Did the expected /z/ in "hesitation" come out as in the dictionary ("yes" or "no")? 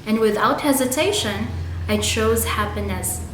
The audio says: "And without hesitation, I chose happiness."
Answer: yes